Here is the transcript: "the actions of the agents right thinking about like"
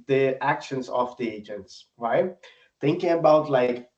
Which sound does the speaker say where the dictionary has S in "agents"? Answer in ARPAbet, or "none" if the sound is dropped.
S